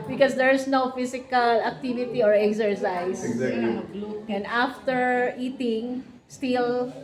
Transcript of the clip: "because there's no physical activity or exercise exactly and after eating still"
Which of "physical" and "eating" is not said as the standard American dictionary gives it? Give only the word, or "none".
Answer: physical